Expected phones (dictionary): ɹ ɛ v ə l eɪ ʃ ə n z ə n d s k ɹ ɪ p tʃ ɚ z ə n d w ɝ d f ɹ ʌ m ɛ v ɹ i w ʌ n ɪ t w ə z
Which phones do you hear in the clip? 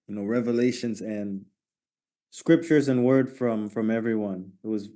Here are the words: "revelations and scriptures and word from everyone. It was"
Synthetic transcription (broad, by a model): ɹ ɛ v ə l eɪ ʃ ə n z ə n s k ɹ ɪ p tʃ ɚ z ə n w ɝ d f ɹ ʌ m ɛ v ɹ i w ʌ n ɪ t w ə z